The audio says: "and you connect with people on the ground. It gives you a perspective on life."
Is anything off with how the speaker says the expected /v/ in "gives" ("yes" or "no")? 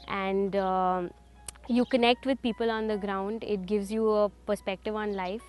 no